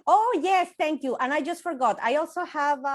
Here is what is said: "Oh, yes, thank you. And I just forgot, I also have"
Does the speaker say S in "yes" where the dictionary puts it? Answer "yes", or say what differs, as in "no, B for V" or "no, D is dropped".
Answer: yes